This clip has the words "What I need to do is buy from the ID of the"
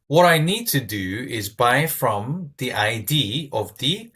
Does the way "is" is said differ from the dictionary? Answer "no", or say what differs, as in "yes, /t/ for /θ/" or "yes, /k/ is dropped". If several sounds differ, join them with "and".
no